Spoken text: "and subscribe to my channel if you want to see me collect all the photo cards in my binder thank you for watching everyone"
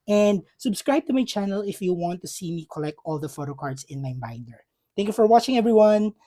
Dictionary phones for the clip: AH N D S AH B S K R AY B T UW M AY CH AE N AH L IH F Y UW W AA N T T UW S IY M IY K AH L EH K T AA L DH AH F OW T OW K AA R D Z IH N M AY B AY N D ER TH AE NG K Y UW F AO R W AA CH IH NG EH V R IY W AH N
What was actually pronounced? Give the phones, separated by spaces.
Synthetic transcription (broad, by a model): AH N D S AH B S K R AY B T UW M AY CH AE N AH L IH F Y UW W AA N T T UW S IY M IY K AH L EH K T AA L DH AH F OW T OW K AA R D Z IH N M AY B AY N D ER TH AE NG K Y UW F AO R W AA CH IH NG EH V R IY W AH N